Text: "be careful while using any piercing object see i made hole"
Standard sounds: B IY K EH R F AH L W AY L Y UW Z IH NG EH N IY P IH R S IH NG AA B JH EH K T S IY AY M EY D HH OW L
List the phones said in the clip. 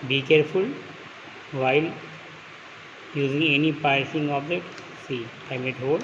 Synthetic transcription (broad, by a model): B IY K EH R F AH L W AY L Y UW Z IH NG EH N IY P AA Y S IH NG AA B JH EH T S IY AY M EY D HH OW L